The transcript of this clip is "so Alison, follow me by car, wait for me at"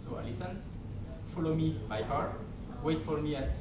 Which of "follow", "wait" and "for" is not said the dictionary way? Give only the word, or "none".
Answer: for